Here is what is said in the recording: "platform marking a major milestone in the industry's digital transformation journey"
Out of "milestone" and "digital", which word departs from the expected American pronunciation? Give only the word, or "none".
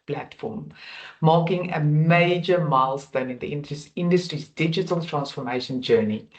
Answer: none